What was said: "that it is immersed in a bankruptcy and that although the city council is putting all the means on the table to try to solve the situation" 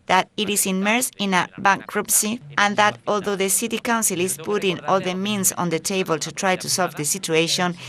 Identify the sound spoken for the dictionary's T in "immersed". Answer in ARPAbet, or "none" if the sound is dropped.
none